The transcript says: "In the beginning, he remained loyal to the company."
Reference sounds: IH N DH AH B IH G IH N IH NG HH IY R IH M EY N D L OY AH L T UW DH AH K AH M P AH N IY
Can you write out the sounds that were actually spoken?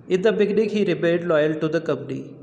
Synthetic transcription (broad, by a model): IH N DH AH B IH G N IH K HH IY R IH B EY D L OY AH L T UW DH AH K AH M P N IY